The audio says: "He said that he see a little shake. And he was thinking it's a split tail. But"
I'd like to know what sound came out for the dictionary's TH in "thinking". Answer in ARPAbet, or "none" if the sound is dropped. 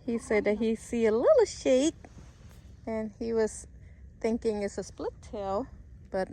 TH